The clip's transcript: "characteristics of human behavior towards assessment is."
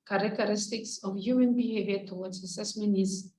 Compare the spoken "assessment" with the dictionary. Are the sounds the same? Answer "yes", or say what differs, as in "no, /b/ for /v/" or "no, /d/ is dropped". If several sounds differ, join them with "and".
no, /t/ is dropped